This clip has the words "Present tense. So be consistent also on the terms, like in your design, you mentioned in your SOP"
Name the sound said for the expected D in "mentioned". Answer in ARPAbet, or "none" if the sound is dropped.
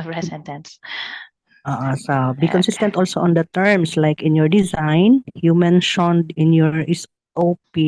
D